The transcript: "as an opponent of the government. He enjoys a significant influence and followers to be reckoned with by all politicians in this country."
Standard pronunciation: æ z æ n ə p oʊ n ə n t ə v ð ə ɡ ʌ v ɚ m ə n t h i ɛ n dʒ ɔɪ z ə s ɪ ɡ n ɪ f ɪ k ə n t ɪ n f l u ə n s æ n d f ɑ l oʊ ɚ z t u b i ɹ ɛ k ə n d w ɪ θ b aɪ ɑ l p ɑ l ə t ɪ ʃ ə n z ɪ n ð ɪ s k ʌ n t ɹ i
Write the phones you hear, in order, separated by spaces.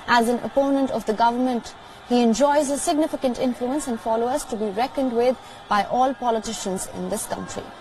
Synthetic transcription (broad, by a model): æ z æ n ə p oʊ n ə n t ə v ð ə ɡ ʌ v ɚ m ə n t h i ɛ n dʒ ɔɪ z ə s ɪ ɡ n ɪ f ɪ k ə n t ɪ n f l u ə n s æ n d f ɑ l oʊ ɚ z t u b i ɹ ɛ k ə n d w ɪ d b aɪ ɑ l p ɑ l ə t ɪ ʃ ə n z ɪ n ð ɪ s k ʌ n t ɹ i